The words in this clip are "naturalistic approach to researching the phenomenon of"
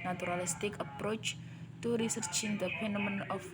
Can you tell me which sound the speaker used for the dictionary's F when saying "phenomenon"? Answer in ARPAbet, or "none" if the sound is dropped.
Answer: P